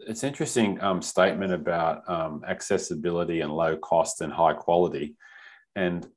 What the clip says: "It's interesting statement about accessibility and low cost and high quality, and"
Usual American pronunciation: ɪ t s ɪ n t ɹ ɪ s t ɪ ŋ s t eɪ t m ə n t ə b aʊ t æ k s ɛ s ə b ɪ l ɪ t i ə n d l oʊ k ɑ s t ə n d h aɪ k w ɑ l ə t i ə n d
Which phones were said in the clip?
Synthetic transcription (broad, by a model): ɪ t s ɪ n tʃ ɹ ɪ s t ɪ ŋ s t eɪ t m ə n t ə b aʊ t æ k s ɛ s ə b ɪ l ɪ t i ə n l oʊ k ɑ s t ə n h aɪ k w ɑ l ə t i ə n